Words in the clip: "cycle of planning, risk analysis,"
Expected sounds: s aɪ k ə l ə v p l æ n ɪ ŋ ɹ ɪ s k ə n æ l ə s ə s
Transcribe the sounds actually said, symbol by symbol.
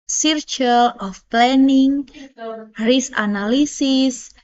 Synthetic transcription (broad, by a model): s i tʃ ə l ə f p l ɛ n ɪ ŋ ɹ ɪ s ə n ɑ l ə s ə s